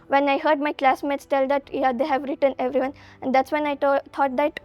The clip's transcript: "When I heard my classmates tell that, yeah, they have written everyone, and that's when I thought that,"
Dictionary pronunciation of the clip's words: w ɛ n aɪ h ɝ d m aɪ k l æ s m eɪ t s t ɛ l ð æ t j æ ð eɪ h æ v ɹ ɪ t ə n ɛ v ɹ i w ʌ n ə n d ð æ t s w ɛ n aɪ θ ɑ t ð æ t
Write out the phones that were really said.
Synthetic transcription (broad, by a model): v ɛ n aɪ h ɝ d m aɪ k l æ s m eɪ t s t ɛ l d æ t j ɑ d eɪ h æ v ɹ ɪ t ə n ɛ v ɹ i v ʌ n ə n d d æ t s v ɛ n aɪ t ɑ t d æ t